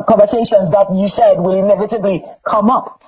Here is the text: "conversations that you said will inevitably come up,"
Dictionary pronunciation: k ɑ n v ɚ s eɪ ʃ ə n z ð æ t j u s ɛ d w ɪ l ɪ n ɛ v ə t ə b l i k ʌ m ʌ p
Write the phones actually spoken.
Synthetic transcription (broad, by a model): k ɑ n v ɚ s eɪ ʃ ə n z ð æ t j u s ɛ d w ɪ l ɪ n ɛ v ə t ə b l i k ʌ m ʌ p